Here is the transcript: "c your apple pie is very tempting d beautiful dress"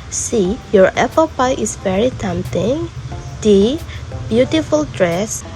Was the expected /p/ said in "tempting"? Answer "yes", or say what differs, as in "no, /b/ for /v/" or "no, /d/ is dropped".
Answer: no, /p/ is dropped